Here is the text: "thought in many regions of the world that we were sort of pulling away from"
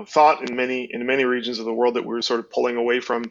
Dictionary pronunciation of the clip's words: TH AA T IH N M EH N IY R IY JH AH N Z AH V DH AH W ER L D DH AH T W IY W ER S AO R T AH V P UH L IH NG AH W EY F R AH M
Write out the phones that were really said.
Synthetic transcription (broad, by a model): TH AA T IH N M EH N IY R IY JH AH N Z AH V DH AH W ER L D DH AH T W IY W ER S AO R T AH V P UH L IH NG AH W EY F R AH M